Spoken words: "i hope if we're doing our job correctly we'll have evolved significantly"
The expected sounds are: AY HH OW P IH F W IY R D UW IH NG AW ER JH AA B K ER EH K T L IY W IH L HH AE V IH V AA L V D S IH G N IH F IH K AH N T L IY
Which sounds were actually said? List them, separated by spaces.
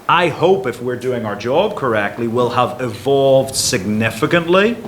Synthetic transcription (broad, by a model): AY HH OW P IH F W IY R D UW IH NG AW ER JH AA B K ER EH K T L IY W IH L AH V IH V AA L V D S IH G N IH F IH K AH N T L IY